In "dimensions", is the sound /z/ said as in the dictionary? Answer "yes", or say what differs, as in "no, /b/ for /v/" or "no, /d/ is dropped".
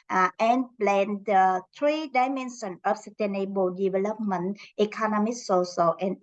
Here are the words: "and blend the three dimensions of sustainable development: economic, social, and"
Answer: no, /z/ is dropped